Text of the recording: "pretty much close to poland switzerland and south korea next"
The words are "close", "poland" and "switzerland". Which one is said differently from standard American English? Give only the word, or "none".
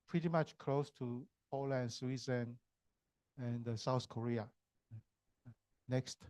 switzerland